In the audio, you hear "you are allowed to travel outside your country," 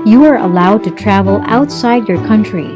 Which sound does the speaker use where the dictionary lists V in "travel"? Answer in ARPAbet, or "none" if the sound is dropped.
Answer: V